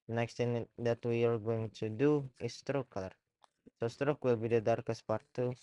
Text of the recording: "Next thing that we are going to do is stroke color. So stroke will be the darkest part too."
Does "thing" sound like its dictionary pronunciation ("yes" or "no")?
no